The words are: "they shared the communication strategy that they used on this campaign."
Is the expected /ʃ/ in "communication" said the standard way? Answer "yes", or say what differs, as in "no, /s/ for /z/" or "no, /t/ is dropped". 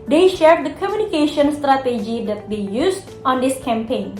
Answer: yes